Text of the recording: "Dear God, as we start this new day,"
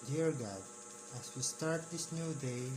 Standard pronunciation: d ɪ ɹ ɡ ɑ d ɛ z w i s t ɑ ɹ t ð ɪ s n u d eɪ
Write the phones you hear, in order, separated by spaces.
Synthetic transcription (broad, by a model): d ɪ ɹ ɡ ɑ d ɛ s w i s t ɑ ɹ t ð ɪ s n u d eɪ